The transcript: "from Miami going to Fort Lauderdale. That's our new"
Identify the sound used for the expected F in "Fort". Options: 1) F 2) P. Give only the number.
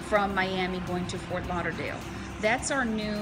1